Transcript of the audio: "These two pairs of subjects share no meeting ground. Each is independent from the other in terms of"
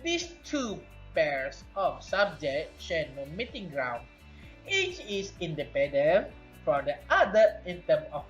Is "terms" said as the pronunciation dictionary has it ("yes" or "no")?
no